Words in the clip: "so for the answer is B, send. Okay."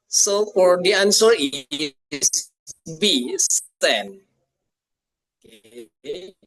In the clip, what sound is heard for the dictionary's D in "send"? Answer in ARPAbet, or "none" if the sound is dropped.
none